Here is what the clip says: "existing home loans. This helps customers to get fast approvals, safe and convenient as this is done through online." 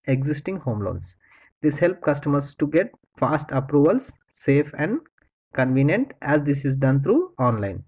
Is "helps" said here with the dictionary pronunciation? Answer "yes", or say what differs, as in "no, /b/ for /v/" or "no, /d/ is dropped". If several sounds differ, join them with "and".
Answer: no, /s/ is dropped